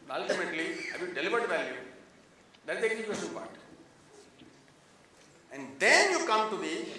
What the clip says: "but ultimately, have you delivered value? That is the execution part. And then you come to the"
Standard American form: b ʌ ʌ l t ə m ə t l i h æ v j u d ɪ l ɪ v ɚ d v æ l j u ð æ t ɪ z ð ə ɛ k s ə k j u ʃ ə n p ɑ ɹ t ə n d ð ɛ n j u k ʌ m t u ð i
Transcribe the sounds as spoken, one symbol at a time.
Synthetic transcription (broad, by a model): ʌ ʌ l t ə m ə t l i h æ v j u d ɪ l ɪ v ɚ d v æ l j u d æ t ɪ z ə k ə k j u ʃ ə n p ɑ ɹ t ə n d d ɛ n j u k ʌ m t u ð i